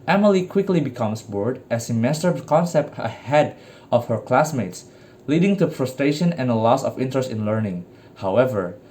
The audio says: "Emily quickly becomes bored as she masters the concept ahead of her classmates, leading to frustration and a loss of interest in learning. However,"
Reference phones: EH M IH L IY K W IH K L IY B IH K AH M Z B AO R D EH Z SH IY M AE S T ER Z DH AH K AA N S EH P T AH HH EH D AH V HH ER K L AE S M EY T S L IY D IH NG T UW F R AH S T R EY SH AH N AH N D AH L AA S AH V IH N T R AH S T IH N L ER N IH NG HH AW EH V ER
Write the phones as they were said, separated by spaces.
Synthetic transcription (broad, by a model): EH M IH L IY K W IH K L IY B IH K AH M S B AO R D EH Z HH IY M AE S T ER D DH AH K AA N S EH P T AH HH EH D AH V HH ER K L AE S M EY T S L IY D IH NG T UW F R AH S T R EY SH AH N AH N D AH L AA S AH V IH N T R AH S T IH N L ER N IH NG HH AW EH V ER